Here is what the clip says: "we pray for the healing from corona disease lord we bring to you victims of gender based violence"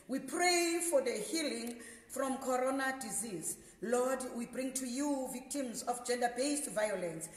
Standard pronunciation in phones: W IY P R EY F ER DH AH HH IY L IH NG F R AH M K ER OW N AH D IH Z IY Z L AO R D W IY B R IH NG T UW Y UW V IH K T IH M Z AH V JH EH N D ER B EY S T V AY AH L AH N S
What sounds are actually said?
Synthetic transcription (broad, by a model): W IY P R EY F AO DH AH HH IY L IH NG F R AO M K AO OW N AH D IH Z IY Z L AO D W IY B R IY NG T UW Y UW V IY K T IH M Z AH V JH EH N D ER B EY S T V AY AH L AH N S